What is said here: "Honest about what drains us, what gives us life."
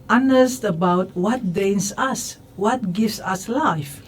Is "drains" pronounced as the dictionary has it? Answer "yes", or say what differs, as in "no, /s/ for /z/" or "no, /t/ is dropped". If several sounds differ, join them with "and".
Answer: no, /ɹ/ is dropped